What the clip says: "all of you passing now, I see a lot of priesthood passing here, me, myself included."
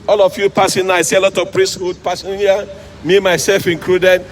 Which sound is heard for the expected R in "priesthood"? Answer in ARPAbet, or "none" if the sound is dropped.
R